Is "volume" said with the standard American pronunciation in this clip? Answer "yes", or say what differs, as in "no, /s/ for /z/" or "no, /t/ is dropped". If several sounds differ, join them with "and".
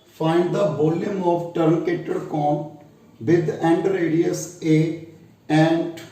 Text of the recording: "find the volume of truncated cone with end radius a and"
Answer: no, /b/ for /v/